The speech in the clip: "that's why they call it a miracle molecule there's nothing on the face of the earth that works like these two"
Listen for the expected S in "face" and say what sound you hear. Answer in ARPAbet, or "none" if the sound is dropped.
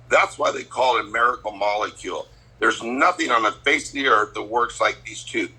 none